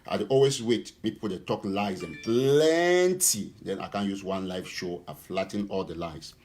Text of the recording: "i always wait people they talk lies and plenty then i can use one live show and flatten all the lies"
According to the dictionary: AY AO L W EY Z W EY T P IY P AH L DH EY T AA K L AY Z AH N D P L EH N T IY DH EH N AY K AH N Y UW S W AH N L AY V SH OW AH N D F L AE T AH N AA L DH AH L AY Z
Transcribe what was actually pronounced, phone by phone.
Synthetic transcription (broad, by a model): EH AO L W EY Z W EY T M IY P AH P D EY T AA K L AY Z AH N P L EH N T IY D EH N AY K AH N Y UW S W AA N L AY F SH OW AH F L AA T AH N AA L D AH L AY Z